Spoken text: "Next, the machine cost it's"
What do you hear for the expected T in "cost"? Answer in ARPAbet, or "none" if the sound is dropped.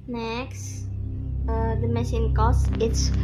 none